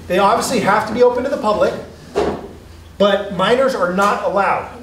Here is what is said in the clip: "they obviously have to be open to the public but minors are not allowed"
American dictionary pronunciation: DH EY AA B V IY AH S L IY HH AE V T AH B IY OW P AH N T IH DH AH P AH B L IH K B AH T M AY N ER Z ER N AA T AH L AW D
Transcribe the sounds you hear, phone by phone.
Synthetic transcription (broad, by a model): DH EY AA B V IY AH S L IY HH AE F T AH B IY OW P AH N T IH DH AH P AH B L IH K B AH T M AY N ER Z ER N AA T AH L AW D